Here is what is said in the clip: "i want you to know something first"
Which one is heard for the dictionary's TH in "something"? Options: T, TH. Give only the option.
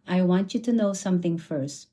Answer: TH